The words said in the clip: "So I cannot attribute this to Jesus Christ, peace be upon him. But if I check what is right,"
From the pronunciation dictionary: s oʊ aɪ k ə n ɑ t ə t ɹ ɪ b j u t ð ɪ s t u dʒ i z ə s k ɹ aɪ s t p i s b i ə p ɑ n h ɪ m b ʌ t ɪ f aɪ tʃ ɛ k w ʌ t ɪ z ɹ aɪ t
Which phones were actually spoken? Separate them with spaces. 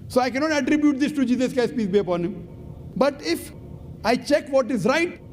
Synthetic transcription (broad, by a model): s oʊ aɪ k ə n ɑ t ə t ɹ ɪ b j u t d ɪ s t u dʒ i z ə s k aɪ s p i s b i ə p ɑ n h ɪ m b ʌ t ɪ f aɪ tʃ ɛ k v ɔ t ɪ z ɹ aɪ t